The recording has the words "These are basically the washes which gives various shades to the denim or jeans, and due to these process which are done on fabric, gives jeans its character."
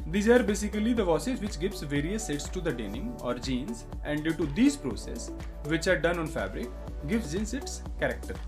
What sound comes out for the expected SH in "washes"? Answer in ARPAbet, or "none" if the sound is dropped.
S